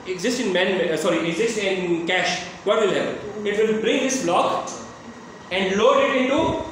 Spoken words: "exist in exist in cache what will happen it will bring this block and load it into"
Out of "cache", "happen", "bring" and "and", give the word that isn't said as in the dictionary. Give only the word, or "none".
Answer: none